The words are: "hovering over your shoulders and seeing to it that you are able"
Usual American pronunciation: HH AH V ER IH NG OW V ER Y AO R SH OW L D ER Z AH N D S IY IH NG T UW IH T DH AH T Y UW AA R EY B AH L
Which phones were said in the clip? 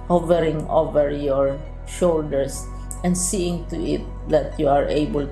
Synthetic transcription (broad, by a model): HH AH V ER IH NG OW V ER Y AO R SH OW L D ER S AH N D S IY IH NG T UW IH T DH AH T Y UW AA R EY B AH L